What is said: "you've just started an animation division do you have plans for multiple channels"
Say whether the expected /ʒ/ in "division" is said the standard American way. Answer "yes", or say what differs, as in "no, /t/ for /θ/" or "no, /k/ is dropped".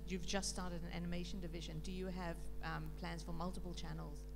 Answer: yes